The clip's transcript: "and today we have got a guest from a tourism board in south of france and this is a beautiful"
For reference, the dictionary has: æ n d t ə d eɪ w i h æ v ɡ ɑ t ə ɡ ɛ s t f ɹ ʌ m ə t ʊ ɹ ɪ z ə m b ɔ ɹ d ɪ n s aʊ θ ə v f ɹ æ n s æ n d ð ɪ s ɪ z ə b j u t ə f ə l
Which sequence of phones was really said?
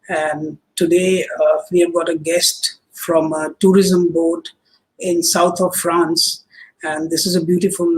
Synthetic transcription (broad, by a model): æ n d t ə d eɪ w i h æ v ɡ ɑ t ə ɡ ɛ s t f ɹ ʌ m ə t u ɹ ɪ z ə m b ɔ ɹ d ɪ n s aʊ t ə v f ɹ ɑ n s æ n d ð ɪ s ɪ z ə b j u t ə f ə l